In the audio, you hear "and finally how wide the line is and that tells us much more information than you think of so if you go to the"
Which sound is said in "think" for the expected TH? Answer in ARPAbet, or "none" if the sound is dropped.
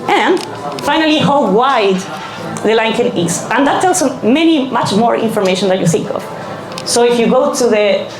TH